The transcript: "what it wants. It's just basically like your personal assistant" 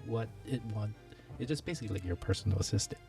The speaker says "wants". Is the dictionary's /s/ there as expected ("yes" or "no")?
no